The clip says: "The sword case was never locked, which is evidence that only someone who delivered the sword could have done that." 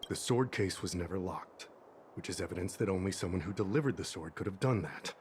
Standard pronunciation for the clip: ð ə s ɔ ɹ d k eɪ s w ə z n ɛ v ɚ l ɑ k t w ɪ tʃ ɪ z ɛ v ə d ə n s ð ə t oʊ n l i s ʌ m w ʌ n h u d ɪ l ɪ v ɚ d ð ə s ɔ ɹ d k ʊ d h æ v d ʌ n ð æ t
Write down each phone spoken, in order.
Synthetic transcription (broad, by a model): ð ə s ɔ ɹ d k eɪ s w ə z n ɛ v ɚ l ɑ k t w ɪ tʃ ɪ z ɛ v ə d ə n s ð ə t oʊ n l i s ʌ m w ʌ n h u d ɪ l ɪ v ɚ d ð ə s ɔ ɹ d k ʊ d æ v d ʌ n ð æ t